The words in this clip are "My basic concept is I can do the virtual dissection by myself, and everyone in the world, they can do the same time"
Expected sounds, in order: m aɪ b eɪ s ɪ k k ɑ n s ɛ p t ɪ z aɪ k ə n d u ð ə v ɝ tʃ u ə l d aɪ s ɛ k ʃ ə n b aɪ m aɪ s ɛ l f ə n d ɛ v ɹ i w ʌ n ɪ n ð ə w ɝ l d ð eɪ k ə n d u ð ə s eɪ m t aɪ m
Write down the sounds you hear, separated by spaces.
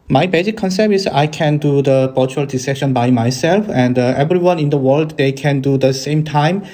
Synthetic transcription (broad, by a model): m aɪ b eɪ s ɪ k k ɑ n s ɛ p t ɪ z aɪ k ə n d u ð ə b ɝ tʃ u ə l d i s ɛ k ʃ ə n b aɪ m aɪ s ɛ l f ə n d ɛ v ɹ i w ʌ n ɪ n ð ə w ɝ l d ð eɪ k ə n d u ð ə s eɪ m t aɪ m